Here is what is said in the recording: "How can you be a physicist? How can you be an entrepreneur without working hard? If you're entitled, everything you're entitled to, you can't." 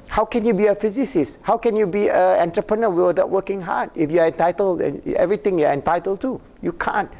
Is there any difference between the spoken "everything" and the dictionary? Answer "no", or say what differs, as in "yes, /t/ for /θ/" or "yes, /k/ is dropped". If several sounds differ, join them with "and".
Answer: yes, /t/ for /θ/